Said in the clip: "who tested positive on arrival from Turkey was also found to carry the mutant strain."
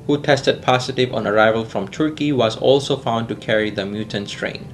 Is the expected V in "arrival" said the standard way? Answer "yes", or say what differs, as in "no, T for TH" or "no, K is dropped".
yes